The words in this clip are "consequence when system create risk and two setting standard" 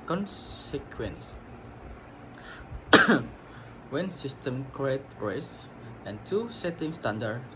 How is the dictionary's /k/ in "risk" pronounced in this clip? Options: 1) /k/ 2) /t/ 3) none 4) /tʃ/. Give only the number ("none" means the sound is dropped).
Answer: 3